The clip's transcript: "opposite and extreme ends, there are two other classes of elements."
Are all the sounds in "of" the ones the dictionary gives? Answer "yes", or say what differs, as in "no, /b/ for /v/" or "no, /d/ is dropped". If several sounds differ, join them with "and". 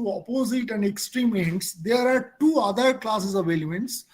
yes